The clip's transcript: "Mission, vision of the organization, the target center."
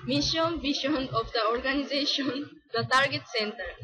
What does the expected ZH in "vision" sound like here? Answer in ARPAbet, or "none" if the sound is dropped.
SH